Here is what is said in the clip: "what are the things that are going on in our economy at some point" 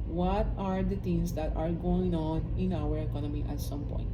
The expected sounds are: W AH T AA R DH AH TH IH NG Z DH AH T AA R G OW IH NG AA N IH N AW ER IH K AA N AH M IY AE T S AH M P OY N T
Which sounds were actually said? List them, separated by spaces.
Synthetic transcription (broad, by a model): W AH T AA R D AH T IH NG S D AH T AA R G OW IH NG AA N IH N AW ER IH K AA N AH M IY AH T S AH M P OY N T